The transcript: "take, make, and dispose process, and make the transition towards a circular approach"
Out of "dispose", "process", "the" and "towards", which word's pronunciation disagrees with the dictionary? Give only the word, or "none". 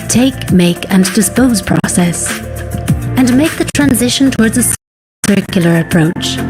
none